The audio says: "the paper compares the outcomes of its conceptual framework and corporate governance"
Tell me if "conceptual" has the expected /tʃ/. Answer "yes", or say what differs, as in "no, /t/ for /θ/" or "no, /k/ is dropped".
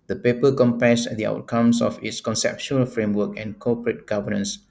no, /ʃ/ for /tʃ/